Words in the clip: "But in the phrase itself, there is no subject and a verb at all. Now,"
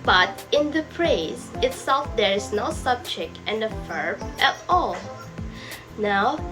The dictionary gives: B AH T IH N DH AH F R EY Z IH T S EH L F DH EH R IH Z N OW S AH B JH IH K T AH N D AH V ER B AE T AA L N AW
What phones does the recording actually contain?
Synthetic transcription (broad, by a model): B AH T IH N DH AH P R EY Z IH T S EH L F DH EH R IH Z N OW S AH B JH IH K T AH N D AH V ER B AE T AA L N AW